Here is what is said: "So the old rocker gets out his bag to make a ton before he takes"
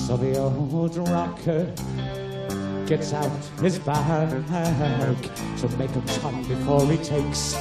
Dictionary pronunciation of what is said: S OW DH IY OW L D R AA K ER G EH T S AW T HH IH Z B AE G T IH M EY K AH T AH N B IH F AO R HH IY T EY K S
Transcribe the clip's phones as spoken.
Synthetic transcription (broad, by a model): S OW DH IY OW D R AA K ER G EH T S AW T HH IH Z B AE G T IH M EY K AH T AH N B IH F AO R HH IY T EY K S